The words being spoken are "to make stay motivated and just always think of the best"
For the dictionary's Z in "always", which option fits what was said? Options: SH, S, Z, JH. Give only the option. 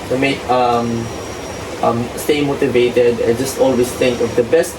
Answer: S